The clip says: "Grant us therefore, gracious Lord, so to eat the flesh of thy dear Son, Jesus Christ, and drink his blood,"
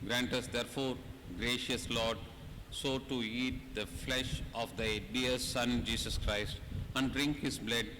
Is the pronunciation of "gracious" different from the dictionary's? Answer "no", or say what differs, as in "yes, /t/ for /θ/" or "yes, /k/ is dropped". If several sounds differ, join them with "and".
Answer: no